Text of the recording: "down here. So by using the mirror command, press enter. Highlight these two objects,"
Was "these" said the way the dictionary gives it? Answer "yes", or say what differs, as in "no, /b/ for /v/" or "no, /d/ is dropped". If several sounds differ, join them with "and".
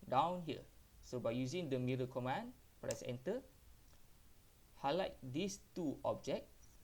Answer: no, /s/ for /z/